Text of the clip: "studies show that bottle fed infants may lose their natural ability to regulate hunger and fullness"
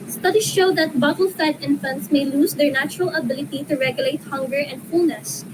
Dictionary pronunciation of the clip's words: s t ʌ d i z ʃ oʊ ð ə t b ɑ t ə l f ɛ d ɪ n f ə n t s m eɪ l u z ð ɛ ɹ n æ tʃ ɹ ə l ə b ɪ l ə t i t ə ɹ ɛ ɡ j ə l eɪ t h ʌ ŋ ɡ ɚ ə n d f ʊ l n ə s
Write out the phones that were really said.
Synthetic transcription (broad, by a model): s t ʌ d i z ʃ oʊ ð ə t b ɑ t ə l f ɛ d ɪ n f ə n t s m eɪ l u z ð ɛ ɹ n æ tʃ ɹ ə l ə b ɪ l ə t i t ə ɹ ɛ ɡ j ə l eɪ t h ʌ ŋ ɡ ɚ ə n d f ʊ l n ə s